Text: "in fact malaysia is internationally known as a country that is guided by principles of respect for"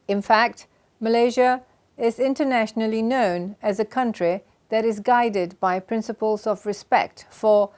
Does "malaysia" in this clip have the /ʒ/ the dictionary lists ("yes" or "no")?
yes